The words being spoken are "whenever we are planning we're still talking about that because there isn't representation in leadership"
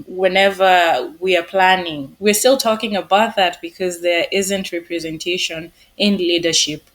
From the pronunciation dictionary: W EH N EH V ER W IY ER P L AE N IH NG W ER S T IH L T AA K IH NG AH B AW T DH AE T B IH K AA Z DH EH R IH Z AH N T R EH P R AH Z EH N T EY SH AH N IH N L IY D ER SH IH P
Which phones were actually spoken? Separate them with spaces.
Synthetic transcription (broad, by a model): W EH N EH V ER W IY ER P L AE N IH NG W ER S T IH L T AA K IH NG AH B AW T DH AE T B IH K AA Z DH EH R IH Z AH N T R EH P R AH Z EH N T EY SH AH N IH N L IY D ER SH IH P